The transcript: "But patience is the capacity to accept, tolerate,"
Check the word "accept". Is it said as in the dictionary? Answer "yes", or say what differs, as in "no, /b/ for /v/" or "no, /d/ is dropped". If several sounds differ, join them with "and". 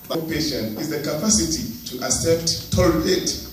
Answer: no, /k/ is dropped